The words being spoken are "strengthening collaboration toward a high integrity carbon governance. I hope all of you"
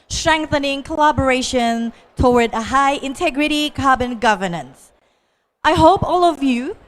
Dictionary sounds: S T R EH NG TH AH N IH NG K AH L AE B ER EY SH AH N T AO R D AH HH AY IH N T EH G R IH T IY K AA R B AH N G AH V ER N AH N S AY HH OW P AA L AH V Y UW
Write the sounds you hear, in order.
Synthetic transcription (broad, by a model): S T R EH NG TH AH N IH NG K AH L AE B ER EY SH AH N T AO W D AH HH AY IH N T EH G R IH T IY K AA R B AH N G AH V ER N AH N S AY HH OW P AA L AH V Y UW